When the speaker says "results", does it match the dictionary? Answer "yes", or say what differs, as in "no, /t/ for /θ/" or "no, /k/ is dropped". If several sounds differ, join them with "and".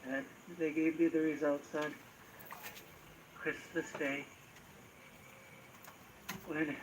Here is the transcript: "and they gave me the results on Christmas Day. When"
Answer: yes